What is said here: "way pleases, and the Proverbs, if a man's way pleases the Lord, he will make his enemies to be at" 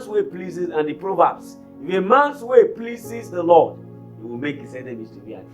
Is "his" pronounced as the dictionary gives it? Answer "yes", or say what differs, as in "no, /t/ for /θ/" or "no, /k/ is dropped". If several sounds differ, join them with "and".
no, /s/ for /z/